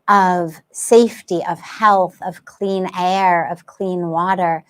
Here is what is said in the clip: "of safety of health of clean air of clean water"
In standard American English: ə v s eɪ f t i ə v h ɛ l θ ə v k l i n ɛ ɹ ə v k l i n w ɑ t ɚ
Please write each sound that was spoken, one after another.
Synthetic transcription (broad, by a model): ə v s eɪ f t i ə v h ɛ l θ ə v k l i n ɛ ɹ ə v k l i n w ɑ t ɚ